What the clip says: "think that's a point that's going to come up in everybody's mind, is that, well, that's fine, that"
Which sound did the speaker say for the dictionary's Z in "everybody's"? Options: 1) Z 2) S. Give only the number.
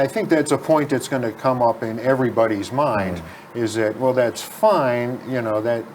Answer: 1